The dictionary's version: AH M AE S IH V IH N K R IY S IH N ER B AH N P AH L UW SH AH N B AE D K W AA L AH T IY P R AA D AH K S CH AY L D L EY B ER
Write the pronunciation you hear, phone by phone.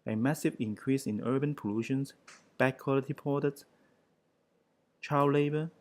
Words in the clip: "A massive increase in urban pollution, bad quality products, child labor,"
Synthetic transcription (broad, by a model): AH M AE S IH V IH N K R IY S IH N ER B AH N P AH L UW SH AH N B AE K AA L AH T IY P AA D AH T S CH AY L L EY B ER